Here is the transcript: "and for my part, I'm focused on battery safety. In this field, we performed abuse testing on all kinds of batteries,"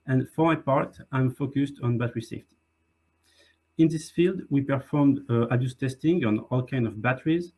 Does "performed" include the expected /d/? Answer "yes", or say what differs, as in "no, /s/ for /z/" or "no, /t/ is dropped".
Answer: yes